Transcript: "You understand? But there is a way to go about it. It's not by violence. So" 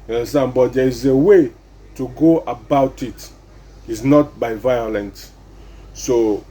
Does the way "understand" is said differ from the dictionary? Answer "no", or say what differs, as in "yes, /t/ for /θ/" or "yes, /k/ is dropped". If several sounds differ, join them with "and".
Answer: yes, /s/ is dropped